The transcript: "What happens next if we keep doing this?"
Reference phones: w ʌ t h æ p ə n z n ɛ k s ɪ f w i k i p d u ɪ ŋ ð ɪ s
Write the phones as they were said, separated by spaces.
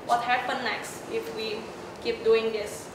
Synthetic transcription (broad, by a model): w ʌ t h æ p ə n n ɛ k s ɪ f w i k i p d u ɪ ŋ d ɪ s